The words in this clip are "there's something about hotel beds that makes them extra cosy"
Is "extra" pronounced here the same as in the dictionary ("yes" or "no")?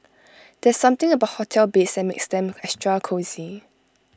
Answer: no